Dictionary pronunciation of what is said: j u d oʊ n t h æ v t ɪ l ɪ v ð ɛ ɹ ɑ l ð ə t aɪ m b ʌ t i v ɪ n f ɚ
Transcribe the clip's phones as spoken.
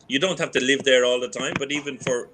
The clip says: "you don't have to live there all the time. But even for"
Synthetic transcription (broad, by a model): j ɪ d oʊ n t h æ f t ɪ l ɪ v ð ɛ ɹ ɑ l ð ə t aɪ m b ʌ t i v ɪ n f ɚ